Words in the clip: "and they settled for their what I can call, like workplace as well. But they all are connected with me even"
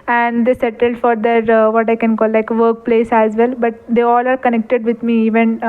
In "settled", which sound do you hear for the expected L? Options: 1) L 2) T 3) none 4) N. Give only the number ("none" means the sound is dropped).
1